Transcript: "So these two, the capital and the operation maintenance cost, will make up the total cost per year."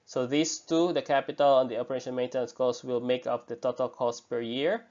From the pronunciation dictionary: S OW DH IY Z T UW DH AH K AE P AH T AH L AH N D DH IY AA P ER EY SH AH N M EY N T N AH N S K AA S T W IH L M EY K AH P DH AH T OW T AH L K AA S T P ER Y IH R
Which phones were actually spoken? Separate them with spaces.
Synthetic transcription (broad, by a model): S OW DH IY S T UW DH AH K AE P AH T AH L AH N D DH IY AA P ER EY SH AH N M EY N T AH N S K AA S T W IH L M EY K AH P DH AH T OW T AH L K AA S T P ER Y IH R